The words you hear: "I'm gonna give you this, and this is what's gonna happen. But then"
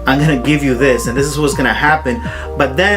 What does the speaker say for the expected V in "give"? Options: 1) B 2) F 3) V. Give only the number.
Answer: 3